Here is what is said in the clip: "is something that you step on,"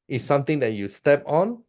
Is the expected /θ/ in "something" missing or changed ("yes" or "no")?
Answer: yes